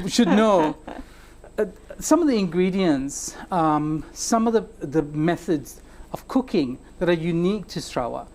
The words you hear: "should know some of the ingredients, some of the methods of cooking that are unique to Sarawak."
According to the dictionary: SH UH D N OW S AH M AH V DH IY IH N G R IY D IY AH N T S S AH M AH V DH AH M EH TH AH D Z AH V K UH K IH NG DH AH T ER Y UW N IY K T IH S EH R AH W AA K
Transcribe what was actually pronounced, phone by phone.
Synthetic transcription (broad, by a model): SH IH D N OW S AH M AH V DH IY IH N G R IY D IY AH N T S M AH M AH V DH AH M EH TH AH D Z AH V K UH K IH NG DH AH T ER Y UW N IY K T IH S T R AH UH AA